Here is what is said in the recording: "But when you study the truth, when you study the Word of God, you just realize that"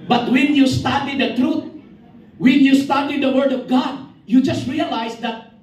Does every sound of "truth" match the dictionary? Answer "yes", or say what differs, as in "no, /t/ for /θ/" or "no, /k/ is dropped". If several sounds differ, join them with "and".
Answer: no, /t/ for /θ/